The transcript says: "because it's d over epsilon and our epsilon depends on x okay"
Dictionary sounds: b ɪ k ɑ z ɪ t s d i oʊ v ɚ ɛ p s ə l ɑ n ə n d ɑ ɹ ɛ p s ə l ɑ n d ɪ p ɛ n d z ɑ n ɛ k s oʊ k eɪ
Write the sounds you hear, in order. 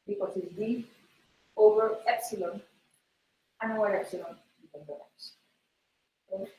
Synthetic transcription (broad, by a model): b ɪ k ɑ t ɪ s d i oʊ v ɚ ɛ p s ə l ɑ n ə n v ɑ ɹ ɛ p s ə l ɑ n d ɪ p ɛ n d ɑ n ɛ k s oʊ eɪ